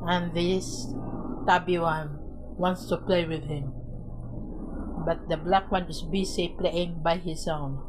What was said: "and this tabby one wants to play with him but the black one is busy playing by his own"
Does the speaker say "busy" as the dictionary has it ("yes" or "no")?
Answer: no